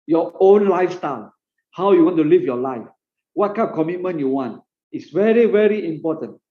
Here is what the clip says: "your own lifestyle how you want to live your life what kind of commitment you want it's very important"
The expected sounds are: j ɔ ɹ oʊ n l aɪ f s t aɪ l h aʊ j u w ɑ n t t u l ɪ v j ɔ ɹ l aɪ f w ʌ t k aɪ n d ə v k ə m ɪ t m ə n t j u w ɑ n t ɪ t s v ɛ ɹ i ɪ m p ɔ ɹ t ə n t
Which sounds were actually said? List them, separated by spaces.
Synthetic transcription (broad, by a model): j ɔ oʊ n l aɪ f s t aɪ l h aʊ j u w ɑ n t t u l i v j ɔ l aɪ f w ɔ t k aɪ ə p k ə m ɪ t m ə n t j u w ɑ n t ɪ t s v ɛ ɹ i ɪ m p ɔ t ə n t